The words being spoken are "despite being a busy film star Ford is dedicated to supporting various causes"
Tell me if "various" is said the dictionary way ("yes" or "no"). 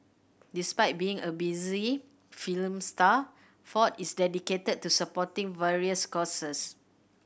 yes